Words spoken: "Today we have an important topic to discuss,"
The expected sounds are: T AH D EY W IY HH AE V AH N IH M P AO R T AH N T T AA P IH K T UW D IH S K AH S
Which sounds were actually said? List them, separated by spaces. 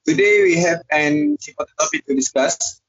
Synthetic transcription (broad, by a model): T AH D EY W IY HH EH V AH N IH P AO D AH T T AA P IH K T UW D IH S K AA S